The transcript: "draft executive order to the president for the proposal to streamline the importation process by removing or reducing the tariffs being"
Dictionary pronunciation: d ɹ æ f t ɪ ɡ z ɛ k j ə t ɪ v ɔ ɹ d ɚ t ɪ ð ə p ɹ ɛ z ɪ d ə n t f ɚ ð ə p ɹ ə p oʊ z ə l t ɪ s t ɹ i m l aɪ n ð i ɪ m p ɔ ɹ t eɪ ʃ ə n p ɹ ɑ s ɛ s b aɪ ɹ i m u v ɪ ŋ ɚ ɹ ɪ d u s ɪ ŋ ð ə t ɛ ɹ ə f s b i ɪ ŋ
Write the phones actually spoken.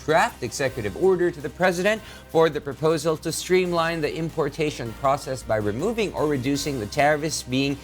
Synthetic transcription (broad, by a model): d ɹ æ f t ɪ ɡ z ɛ k j ə t ɪ v ɔ ɹ d ɚ t ɪ ð ə p ɹ ɛ z ɪ d ə n t f ɚ ð ə p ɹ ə p oʊ z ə l t ɪ s t ɹ i m l aɪ n ð i ɪ m p ɔ ɹ t eɪ ʃ ə n p ɹ ɑ s ɛ s b aɪ ɹ i m u v ɪ ŋ ɚ ɹ ɪ d u s ɪ ŋ ð ə t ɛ ɹ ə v s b i ɪ ŋ